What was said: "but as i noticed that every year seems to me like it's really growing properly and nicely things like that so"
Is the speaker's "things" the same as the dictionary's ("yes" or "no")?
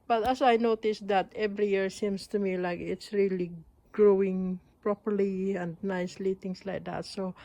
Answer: no